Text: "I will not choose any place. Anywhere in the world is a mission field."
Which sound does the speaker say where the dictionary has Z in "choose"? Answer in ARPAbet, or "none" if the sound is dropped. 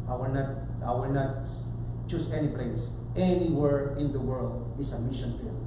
S